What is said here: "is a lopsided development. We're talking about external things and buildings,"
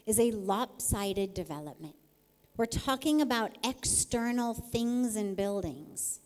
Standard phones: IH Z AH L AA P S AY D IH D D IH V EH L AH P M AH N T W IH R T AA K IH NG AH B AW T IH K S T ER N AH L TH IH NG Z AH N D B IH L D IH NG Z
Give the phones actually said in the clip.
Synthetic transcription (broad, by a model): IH Z AH L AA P S AY D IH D D IH V EH L AH P M AH N T W IH R T AA K IH NG AH B AW T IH K S T ER N L TH IH NG Z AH N B IH L D IH NG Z